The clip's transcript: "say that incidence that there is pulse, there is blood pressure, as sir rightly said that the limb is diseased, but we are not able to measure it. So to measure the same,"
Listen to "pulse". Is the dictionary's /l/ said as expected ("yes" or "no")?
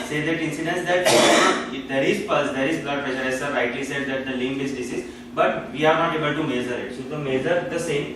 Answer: no